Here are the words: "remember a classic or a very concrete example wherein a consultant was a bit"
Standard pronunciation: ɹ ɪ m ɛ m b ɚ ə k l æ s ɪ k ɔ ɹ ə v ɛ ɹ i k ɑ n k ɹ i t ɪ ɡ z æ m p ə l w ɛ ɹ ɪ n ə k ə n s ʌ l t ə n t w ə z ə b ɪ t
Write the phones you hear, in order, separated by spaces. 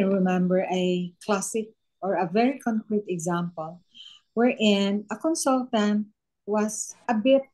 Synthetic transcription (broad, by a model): ɹ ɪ m ɛ m b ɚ ə k l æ s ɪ k ɔ ɹ ə v ɛ ɹ i k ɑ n k ɹ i t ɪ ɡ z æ m p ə l w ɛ ɹ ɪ n ə k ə n s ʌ l t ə n t w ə s ə b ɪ t